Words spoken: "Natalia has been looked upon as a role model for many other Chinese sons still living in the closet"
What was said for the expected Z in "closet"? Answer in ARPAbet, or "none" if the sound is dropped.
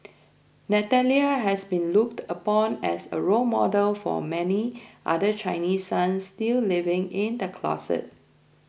S